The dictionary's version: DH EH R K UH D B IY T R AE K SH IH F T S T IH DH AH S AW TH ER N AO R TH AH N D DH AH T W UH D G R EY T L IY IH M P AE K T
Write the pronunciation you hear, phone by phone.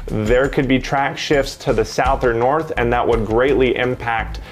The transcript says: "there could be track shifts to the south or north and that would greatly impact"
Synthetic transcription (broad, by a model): DH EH R K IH D B IY T R AE K SH IH F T S T IH DH AH S AW TH ER N AO R TH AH N DH AH T W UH D G R EY T L IY IH M P AE K T